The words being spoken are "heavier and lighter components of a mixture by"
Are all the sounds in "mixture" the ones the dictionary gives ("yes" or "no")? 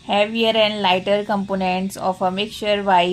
no